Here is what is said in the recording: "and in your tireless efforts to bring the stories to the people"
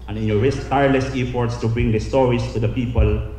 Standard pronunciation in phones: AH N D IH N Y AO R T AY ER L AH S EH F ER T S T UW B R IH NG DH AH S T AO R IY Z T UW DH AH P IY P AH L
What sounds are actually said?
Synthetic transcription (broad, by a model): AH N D IH N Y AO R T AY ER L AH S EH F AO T S T UW B R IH NG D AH S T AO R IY S T UW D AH P IY P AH L